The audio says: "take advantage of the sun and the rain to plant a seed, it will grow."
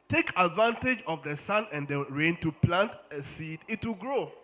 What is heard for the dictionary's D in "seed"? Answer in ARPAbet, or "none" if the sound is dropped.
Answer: D